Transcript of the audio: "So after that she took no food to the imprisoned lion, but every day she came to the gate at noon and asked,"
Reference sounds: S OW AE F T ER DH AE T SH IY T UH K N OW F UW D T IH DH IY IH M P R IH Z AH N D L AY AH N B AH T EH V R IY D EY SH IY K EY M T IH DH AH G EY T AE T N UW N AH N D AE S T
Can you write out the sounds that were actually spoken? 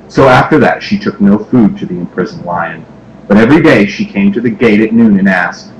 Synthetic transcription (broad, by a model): S OW AE F T ER DH AE T SH IY T UH K N OW F UW D T IH DH IY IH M P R IH Z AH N L AY AH N B AH T EH V R IY D EY SH IY K EY M T IH DH AH G EY T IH T N UW N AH N AE S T